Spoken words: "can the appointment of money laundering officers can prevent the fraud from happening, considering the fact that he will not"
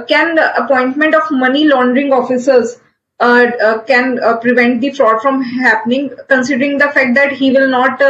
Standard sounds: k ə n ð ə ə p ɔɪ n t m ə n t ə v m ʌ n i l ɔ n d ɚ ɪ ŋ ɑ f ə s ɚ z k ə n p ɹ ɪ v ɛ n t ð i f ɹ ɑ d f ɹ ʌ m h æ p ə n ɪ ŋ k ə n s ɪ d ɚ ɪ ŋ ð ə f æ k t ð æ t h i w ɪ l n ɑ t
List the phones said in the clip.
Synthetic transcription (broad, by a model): k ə n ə ə p ɔɪ n t m ə n t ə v m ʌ n i l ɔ n d ɚ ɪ ŋ ɑ f ə s ɚ z k ə n p ɹ ɪ v ɛ n t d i f ɹ ɑ d f ɹ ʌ m h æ p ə n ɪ ŋ k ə n s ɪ d ɚ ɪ ŋ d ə f æ k t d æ t h i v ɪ l n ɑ t